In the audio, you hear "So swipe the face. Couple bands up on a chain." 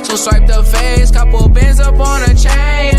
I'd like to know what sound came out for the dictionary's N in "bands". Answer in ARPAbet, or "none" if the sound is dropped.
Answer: none